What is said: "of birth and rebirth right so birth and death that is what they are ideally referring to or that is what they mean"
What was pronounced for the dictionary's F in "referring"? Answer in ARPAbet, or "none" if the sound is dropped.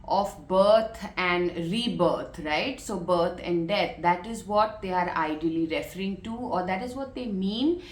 F